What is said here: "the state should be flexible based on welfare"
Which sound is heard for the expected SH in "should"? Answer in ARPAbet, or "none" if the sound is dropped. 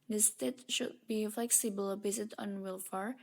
SH